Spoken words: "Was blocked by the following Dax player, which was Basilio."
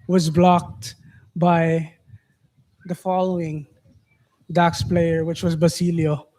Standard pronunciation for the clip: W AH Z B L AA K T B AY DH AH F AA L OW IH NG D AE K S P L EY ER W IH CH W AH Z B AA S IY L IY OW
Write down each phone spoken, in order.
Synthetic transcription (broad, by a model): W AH Z B L AA K T B AY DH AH F AA L OW IH NG D AE K S P L EY ER W IH CH W AH Z B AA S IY L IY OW